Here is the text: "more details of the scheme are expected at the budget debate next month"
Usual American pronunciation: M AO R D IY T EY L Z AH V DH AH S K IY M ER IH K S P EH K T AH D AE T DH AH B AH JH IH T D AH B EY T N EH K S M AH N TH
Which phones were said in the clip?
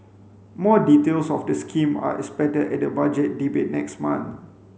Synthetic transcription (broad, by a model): M AO D IY T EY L S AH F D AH S K IY M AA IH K S P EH T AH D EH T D AH B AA JH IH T D AH B EY T N EH K S M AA N